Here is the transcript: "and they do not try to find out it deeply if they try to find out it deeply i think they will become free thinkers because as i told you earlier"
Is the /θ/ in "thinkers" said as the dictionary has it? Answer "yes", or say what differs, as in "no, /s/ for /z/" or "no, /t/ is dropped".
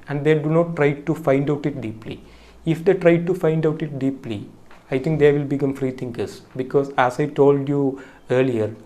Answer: no, /t/ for /θ/